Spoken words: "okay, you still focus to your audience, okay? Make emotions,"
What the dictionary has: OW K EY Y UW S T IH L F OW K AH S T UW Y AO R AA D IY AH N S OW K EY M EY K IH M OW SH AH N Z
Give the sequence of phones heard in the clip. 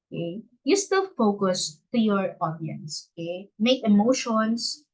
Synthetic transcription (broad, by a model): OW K EY Y UW S T IH L F OW K AH S T UW Y AO R AA D IY AH N S OW K EY M EY K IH M OW SH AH N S